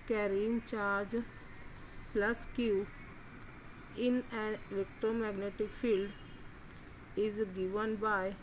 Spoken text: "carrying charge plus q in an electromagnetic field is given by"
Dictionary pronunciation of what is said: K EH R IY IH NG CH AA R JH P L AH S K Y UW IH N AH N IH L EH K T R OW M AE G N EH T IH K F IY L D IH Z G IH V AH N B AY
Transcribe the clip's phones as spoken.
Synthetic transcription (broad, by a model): K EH R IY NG CH AA R JH P L AH S K Y UW IH N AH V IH K T OW M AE G N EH T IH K F IY L D IH Z G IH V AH N B AY